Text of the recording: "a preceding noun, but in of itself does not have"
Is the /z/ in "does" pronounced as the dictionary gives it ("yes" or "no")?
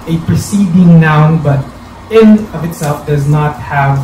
yes